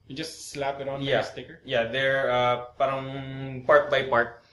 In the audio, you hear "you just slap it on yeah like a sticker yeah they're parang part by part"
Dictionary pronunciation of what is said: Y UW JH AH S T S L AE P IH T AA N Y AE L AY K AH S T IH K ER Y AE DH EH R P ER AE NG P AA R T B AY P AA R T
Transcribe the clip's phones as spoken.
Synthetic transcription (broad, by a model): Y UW JH AH S T S L AE P IH T AA N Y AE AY AH S T IH K ER Y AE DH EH R P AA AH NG P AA R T B AY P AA R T